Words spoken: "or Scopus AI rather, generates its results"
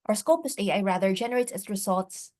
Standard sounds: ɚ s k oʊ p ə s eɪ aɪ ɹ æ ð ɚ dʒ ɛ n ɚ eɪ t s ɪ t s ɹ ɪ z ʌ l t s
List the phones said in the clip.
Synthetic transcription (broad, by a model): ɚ s k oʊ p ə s eɪ aɪ ɹ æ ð ɚ dʒ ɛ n ɚ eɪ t ɪ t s ɹ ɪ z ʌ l t s